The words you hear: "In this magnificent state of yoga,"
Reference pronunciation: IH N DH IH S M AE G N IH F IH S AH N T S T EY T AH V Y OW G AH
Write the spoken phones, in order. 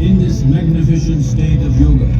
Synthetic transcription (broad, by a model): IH N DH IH S M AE G N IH F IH SH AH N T S T EY T AH V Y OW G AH